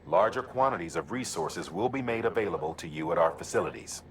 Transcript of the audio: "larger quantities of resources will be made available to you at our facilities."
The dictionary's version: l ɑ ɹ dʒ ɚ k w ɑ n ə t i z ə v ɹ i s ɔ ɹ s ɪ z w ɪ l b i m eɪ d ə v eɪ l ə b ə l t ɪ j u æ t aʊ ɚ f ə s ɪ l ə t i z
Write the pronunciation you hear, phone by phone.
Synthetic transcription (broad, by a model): l ɑ ɹ dʒ ɚ k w ɑ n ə t i z ə v ɹ i s ɔ ɹ s ɪ z w ɪ l b i m eɪ d ə v eɪ l ə b ə l t ɪ j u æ t aʊ ɚ f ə s ɪ l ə t i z